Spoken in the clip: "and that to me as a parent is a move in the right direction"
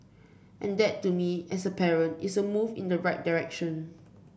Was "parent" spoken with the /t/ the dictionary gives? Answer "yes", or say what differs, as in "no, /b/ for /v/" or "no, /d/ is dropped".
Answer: yes